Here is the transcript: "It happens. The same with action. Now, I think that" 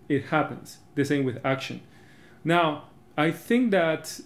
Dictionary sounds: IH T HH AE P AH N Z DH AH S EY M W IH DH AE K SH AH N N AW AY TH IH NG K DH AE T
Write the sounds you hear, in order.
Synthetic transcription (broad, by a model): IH T HH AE P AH N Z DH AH S EY M W IH DH AE K SH AH N N AW AY TH IH NG K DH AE T